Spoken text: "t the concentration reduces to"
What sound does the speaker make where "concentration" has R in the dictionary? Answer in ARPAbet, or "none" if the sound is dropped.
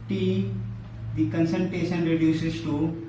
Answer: none